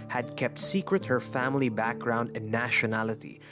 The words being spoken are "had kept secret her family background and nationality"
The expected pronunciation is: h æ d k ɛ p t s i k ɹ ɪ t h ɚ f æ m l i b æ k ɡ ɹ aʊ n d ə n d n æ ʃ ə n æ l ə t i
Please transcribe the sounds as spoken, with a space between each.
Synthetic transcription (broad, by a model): h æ d k ɛ p t s i k ɹ ɪ t h ɚ f æ m l i b æ k ɡ ɹ aʊ n d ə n n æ ʃ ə n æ l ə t i